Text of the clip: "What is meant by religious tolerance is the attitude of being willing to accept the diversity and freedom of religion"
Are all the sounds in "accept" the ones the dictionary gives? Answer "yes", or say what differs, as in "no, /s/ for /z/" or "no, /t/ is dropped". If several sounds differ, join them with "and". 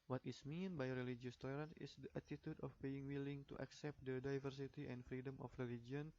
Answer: yes